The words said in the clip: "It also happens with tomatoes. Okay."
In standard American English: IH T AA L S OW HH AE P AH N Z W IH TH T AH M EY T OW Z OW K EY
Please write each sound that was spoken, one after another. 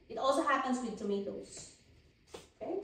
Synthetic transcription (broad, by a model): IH T AA L S OW HH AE P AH N S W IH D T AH M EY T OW S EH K